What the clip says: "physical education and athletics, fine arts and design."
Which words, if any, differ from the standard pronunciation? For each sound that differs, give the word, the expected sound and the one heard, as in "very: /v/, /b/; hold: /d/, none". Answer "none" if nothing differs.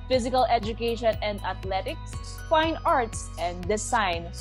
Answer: athletics: /θ/, /t/